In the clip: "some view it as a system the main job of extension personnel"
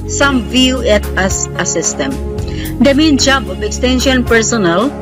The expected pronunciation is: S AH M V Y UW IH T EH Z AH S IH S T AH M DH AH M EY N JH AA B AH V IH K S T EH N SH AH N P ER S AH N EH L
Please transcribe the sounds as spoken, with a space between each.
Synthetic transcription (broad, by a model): S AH M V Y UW IH T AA S AH S IH S T AH M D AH M EY N JH AA B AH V IH K S T EH N SH AH N P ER S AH N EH L